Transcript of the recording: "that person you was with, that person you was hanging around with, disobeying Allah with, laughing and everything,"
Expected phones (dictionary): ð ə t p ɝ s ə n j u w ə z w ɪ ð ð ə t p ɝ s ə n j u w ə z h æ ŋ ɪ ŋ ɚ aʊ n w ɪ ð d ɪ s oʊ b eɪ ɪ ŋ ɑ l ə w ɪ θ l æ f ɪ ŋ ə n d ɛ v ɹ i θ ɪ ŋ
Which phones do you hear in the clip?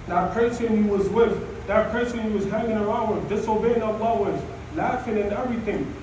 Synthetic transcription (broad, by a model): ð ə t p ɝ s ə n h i w ə z w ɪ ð ð ə t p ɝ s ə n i w ə z h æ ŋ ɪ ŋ ɚ aʊ n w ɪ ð d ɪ s oʊ b eɪ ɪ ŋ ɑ l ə w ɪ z l æ f ɪ ŋ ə n ɛ v ɹ i θ ɪ ŋ